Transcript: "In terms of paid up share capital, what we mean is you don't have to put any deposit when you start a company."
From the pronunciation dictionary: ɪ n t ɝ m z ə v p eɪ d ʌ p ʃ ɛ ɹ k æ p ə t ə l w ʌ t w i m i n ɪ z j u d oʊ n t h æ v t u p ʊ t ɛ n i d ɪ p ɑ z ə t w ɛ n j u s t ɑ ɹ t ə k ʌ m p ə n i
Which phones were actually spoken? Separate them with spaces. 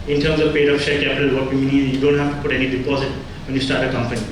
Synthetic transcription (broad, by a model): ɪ n t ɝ m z ə v p eɪ d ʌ f ʃ ɛ ɹ k æ p ə t ə l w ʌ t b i m i n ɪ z j u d oʊ n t h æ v t u p ʊ t ɛ n i d ɪ p ɑ z ə t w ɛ n j u s t ɑ ɹ t ə k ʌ m p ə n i